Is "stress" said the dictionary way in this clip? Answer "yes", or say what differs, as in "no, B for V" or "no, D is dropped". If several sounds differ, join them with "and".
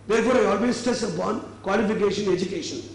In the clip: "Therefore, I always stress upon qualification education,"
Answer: no, R is dropped